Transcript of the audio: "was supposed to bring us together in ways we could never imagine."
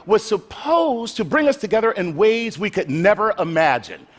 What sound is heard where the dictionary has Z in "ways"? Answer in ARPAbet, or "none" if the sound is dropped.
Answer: Z